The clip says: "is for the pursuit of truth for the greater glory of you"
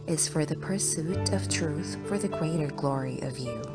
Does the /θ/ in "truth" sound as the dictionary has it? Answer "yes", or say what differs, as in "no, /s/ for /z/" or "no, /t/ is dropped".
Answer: yes